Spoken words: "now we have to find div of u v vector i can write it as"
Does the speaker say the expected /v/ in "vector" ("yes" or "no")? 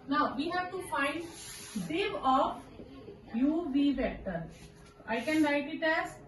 no